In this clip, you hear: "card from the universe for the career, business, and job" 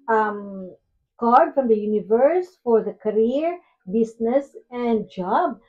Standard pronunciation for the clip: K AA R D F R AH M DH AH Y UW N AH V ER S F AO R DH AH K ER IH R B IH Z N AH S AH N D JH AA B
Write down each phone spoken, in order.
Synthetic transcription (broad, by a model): K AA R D F R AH M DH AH Y UW N AH V ER S F AO R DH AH K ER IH R B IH S N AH S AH N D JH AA B